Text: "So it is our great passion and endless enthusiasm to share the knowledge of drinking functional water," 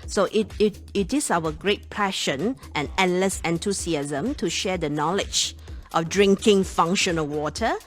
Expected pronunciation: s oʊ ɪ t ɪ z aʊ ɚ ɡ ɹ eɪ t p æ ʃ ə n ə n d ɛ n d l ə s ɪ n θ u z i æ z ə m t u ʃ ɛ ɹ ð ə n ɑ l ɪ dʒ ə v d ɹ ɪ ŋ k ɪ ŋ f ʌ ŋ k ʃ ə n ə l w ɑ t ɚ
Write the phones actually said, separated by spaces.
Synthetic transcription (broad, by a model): s oʊ ɪ t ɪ s aʊ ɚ ɡ ɹ eɪ t p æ ʃ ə n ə n ɛ n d l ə s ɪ n t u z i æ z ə m t u ʃ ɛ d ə n ɑ l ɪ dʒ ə f d ɹ ɪ ŋ k ɪ ŋ f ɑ ŋ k ʃ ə n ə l w ɑ t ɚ